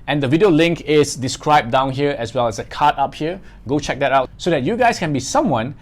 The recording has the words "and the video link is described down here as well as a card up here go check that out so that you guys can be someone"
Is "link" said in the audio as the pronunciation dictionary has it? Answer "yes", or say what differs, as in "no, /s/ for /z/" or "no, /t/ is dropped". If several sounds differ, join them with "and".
yes